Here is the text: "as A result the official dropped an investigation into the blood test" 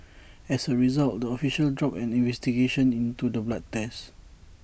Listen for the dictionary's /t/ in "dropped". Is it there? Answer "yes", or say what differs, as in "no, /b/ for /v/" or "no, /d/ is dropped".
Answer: no, /t/ is dropped